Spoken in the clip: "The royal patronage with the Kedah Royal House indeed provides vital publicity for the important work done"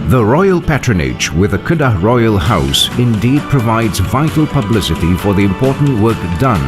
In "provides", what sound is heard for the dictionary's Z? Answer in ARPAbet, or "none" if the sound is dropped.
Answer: Z